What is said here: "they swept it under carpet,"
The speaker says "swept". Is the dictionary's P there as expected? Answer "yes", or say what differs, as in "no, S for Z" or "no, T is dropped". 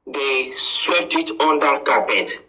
no, P is dropped